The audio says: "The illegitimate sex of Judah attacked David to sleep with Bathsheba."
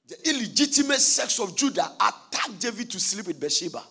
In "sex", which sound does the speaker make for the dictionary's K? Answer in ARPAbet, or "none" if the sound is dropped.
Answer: K